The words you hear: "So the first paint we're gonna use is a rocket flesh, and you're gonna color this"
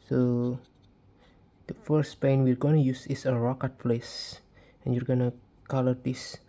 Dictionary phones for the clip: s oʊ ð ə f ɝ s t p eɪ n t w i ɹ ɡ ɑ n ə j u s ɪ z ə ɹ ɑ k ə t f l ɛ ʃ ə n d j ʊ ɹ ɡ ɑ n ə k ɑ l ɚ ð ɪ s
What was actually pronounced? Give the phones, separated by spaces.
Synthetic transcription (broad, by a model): s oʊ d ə f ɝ s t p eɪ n w i ɹ ɡ ɑ n ə j u s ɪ s ə ɹ ɑ k ə t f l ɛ s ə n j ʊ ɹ ɡ ɑ n ə k ɑ l ɚ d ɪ s